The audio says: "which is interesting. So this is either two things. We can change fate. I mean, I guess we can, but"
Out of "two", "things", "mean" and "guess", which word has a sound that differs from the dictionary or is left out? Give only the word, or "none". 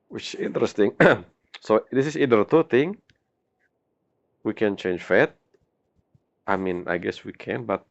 things